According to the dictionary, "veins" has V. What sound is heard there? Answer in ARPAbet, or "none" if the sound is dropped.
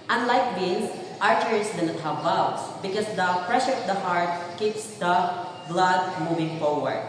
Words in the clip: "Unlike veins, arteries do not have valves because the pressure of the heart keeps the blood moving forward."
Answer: B